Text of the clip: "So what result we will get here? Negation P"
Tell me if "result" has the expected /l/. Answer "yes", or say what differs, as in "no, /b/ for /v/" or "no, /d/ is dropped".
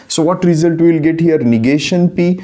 yes